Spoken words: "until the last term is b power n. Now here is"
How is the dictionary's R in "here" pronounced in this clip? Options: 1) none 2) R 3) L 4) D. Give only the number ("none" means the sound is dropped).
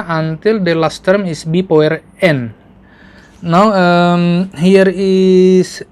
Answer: 2